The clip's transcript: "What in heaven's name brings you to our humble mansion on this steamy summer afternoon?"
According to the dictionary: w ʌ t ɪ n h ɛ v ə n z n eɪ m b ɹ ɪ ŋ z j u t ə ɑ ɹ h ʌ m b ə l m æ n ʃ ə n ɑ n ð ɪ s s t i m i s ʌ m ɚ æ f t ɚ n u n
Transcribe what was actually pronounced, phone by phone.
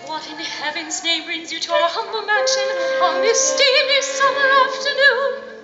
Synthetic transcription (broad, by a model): w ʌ t ɪ n h ɛ v ə n z n eɪ m b ɹ ɪ ŋ z j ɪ t ə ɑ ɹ h ʌ m b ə l m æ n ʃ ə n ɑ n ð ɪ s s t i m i s ʌ m ɚ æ f t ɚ n u n